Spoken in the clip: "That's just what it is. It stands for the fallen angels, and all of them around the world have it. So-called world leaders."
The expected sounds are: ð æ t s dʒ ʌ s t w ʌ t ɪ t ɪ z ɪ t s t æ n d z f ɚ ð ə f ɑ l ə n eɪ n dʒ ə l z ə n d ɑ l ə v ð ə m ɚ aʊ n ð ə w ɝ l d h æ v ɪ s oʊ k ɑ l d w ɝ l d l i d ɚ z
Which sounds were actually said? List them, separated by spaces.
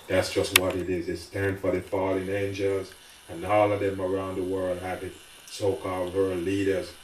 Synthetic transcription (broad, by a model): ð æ t s dʒ ʌ s t w ʌ t ɪ t ɪ z ɪ t s t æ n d f ɚ ð ə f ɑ l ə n eɪ n dʒ ə l z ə n ɑ l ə ð ə m ɚ aʊ n ð ə w ɝ l d h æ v ɪ s oʊ k ɑ l d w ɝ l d l i d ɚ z